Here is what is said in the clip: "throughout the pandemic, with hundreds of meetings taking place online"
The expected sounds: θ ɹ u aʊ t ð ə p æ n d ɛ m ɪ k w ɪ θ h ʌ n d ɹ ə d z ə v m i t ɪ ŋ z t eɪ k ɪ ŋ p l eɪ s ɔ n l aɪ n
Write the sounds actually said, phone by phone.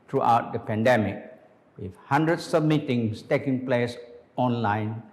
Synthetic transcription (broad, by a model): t ɹ u aʊ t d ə p æ n d ɛ m ɪ k w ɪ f h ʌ n d ɹ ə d s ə b m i t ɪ ŋ s t eɪ k ɪ ŋ p l eɪ s ɔ n l aɪ n